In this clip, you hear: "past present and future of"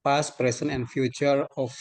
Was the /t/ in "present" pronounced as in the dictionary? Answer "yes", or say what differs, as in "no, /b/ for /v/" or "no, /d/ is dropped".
no, /t/ is dropped